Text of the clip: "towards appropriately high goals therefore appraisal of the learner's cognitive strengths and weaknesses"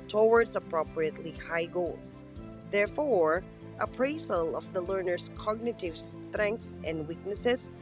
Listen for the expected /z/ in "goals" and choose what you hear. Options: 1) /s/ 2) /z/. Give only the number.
1